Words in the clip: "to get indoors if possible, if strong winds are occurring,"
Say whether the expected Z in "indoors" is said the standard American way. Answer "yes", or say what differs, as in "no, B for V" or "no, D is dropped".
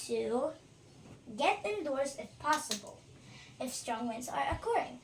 no, S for Z